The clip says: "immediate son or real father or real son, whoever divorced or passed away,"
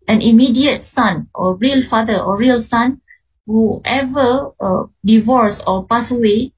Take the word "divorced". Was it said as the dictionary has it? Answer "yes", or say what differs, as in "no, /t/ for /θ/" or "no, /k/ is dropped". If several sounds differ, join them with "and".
no, /t/ is dropped